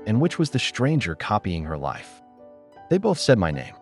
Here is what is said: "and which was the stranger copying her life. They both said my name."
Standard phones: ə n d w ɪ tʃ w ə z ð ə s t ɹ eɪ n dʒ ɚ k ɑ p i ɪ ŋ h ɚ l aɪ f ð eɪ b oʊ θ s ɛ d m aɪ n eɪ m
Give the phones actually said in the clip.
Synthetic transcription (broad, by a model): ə n w ɪ tʃ w ə z ð ə s t ɹ eɪ n dʒ ɚ k ɑ p i ɪ ŋ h ɚ l aɪ f ð eɪ b oʊ θ s ɛ d m aɪ n eɪ m